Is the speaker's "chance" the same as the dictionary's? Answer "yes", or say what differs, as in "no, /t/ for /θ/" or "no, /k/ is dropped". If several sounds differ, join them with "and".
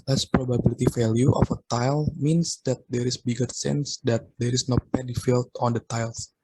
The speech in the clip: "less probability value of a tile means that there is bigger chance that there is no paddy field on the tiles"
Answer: no, /s/ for /tʃ/